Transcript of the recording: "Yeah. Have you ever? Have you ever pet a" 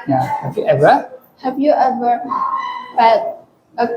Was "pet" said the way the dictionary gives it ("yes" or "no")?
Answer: no